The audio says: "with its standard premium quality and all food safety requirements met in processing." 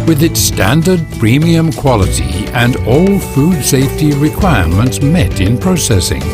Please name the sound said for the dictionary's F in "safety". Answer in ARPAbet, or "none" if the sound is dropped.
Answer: F